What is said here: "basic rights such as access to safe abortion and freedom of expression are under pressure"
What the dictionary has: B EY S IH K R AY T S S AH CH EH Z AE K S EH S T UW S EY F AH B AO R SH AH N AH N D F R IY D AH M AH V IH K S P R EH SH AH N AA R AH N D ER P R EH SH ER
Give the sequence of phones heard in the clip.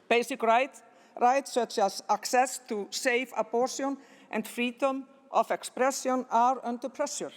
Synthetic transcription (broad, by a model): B EY S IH K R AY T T S AH CH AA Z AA K S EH S T UW S EY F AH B AO R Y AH N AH N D F R IY D AH M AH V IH K S P R EH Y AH N AA R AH N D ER P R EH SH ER